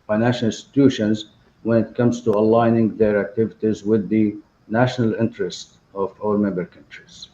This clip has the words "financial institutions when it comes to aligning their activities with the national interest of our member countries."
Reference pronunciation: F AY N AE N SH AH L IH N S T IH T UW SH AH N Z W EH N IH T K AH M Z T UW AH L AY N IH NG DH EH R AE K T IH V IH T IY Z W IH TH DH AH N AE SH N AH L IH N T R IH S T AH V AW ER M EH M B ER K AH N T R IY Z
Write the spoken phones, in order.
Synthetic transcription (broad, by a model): F AY N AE N SH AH L IH N S T IH T UW SH AH N Z W EH N IH T K AH M Z T UW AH L AY N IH NG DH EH R AE K T IH V IH T IY Z W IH DH AH N AE SH N AH L IH N T R IH S T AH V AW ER M EH M B ER K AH N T R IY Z